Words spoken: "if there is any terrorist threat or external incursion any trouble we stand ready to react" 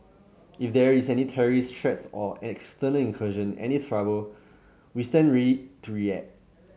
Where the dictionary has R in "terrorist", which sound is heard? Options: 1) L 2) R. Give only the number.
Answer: 2